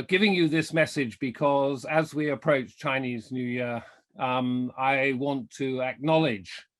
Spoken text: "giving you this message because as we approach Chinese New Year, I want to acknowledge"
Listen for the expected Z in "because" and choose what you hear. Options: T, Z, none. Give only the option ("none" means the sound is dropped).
Z